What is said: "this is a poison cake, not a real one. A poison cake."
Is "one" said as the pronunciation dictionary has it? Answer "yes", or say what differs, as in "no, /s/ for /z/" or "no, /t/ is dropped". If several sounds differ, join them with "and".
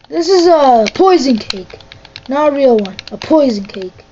yes